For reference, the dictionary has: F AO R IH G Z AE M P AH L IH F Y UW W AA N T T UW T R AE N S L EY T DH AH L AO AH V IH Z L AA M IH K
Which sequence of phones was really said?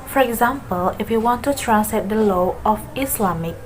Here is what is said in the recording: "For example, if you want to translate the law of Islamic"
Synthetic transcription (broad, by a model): F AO R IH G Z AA M P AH L IH F Y UW W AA N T T UW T R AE S EY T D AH L AO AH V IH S L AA M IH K